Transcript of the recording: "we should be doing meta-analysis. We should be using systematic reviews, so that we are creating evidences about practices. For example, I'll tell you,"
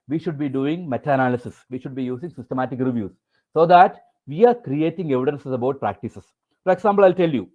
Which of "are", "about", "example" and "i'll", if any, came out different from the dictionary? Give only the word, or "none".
example